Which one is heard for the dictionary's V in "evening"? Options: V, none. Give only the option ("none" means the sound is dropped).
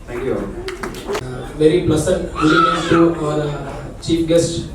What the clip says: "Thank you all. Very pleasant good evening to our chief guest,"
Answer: none